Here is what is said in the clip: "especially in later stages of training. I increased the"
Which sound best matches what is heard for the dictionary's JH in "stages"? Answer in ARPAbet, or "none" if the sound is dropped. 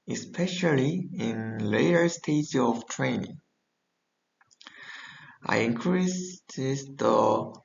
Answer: none